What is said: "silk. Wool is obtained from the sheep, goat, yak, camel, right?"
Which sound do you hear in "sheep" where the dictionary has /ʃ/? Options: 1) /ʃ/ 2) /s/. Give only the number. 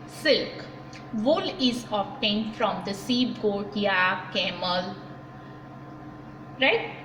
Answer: 2